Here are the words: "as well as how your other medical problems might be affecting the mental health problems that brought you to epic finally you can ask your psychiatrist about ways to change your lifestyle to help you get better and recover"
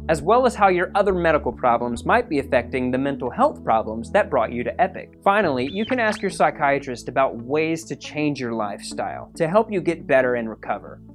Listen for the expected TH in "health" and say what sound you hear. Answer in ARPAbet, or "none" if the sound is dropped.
TH